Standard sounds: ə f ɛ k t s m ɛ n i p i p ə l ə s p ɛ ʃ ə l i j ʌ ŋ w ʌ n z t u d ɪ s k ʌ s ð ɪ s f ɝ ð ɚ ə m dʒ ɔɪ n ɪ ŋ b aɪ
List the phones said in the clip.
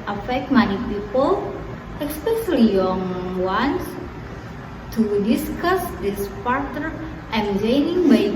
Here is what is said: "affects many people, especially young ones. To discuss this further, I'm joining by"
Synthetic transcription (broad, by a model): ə f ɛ k t m ɛ n i p i p ə l ə s p ɛ ʃ ə l i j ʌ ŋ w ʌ n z t u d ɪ s k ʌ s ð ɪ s p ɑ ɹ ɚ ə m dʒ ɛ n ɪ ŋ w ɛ